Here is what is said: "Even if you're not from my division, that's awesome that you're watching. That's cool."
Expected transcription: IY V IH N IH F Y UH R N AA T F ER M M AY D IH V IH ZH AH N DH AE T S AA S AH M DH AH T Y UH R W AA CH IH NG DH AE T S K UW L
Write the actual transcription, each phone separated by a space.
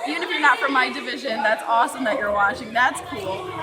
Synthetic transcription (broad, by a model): IY V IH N IH F Y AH R N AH T F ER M M AY D IH V IH ZH AH N DH AE T S AA S AH M DH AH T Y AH R W AA CH IH NG DH AE T S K UW L